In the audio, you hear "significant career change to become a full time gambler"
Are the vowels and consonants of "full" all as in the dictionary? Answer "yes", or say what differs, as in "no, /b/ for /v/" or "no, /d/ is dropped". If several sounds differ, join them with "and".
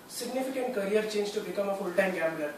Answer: yes